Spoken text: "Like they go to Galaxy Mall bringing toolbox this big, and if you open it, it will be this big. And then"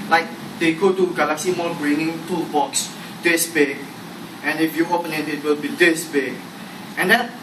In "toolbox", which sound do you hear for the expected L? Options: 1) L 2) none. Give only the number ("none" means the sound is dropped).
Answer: 2